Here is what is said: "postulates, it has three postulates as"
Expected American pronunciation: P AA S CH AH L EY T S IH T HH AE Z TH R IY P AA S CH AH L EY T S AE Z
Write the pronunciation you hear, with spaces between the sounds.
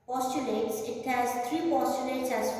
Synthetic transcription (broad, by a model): P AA S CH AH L EY T S IH T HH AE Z T R IY P AA S CH AH L EY T S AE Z